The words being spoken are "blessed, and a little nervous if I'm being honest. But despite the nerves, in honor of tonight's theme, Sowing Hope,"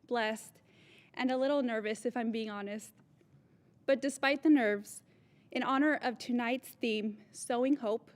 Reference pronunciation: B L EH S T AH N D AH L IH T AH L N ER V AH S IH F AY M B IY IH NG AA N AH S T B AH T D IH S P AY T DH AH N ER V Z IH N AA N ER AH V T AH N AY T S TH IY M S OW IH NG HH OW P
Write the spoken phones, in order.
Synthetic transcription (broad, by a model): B L EH S T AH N AH L IH T L N ER V AH S IH F AY M B IY IH NG AA N AH S T B AH T D IH S P AY T DH AH N ER V Z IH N AA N ER AH V T AH N AY T S TH IY M S OW IH NG HH OW P